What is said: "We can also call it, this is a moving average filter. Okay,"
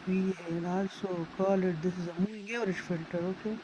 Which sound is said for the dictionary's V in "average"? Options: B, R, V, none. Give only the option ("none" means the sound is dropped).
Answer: none